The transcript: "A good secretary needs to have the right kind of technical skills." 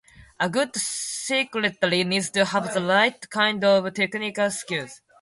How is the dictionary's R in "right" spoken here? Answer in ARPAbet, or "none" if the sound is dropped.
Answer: L